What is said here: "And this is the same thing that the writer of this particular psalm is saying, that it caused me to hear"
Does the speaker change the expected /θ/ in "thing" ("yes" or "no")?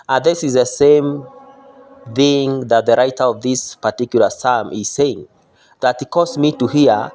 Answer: no